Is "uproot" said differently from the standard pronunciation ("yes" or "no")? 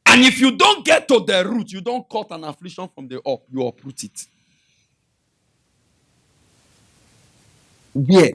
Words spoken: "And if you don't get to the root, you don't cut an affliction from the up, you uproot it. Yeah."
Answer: no